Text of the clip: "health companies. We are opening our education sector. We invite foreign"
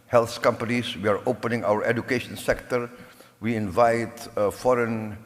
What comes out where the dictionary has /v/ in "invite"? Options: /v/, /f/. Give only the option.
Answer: /v/